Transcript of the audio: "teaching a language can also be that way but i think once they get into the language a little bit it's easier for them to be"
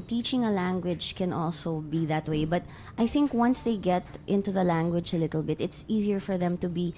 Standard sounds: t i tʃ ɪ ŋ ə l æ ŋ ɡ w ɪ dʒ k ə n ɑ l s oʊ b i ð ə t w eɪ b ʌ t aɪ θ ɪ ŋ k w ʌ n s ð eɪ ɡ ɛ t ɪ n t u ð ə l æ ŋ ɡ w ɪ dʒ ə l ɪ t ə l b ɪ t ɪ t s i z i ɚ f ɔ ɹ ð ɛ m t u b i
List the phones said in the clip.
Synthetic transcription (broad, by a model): t i tʃ ɪ ŋ ə l æ ŋ ɡ w ɪ dʒ k ə n ɑ l s oʊ b i ð ə t w eɪ b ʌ t aɪ θ ɪ ŋ k w ʌ n s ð eɪ ɡ ɛ t ɪ n t u ð ə l æ ŋ ɡ w ɪ dʒ ə l ɪ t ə l b ɪ t ɪ t s i z i ɚ f ɔ ɹ ð ɛ m t u b i